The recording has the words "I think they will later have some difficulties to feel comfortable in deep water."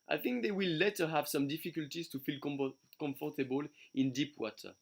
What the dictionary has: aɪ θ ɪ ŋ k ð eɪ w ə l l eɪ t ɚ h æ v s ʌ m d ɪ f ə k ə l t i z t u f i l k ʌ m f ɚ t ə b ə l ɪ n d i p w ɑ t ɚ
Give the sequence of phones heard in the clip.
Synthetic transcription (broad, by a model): aɪ θ ɪ ŋ k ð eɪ w ə l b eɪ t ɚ h æ v s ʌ m d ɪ f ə k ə l t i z t u f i l k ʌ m f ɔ t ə b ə l ɪ n d i p w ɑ t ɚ